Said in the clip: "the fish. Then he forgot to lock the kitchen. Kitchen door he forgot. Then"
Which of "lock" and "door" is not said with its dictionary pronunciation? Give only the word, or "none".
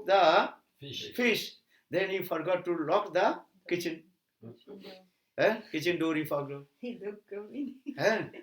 none